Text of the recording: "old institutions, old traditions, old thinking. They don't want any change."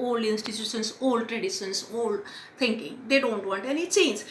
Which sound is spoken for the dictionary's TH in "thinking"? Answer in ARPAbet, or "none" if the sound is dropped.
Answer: T